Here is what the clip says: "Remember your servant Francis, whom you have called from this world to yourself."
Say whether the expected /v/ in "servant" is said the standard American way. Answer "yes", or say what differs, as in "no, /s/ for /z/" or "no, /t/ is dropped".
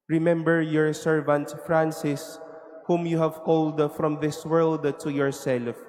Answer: yes